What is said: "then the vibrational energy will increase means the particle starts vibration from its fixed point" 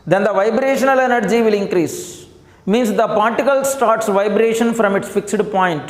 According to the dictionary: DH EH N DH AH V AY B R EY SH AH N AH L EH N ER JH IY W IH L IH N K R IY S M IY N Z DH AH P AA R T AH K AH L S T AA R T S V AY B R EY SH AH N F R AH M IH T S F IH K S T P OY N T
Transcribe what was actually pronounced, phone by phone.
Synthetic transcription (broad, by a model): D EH N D AH V AY B R EY SH AH N AH L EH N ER JH IY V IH L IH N K R IY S M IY N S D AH P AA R T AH K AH L S T AA R T S V AY B R EY SH AH N F R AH M IH T S F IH K S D P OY N T